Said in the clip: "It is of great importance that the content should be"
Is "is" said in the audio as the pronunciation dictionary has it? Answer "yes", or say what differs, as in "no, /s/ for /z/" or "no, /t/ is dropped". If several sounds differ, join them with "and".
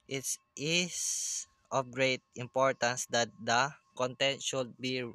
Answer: no, /s/ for /z/